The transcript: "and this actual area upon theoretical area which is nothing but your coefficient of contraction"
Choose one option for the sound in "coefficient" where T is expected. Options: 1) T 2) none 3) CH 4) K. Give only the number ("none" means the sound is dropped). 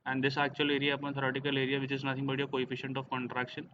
1